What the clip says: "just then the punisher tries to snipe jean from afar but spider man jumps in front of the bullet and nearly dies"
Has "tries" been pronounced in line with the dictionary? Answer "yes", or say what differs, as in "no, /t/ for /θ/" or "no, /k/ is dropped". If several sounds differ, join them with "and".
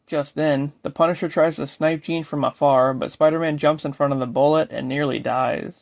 yes